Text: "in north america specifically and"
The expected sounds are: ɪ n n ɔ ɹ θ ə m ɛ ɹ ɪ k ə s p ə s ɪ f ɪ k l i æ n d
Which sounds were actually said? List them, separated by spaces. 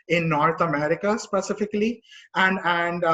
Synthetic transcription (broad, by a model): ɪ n n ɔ ɹ t ə m ɛ ɹ ɪ k ə s p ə s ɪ f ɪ k l i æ n d